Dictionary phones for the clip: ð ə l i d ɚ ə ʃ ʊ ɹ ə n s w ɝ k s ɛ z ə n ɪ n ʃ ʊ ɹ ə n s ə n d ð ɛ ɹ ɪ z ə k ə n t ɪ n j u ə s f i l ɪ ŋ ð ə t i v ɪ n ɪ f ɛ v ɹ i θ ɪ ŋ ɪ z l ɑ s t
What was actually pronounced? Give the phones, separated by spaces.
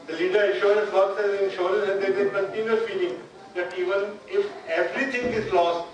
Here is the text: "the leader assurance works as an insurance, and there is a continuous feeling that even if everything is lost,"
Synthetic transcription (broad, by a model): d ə l i d ɚ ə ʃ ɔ ɹ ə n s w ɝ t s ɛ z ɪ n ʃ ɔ ɹ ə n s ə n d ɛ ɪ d ə k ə n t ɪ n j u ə f i l ɪ ŋ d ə t i v ɪ n ɪ f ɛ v ɹ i t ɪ ŋ ɪ z l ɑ s t